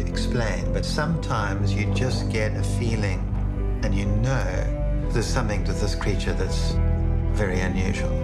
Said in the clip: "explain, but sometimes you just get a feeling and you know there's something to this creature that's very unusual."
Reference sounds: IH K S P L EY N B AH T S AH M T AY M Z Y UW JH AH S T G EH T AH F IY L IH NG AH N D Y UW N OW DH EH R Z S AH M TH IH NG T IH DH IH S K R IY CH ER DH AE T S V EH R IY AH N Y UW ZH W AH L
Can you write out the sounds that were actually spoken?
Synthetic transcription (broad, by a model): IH K S P L EY N B AH T S AH M T AY M Z Y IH JH AH S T G EH T AH F IY L IH NG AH N Y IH N OW DH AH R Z S AH M TH IH NG T IH DH IH S K R IY CH ER DH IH T S V EH R IY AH N Y UW ZH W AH L